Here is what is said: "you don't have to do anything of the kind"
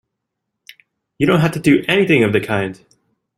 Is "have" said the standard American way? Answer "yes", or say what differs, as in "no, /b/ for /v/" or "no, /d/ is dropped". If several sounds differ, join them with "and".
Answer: no, /f/ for /v/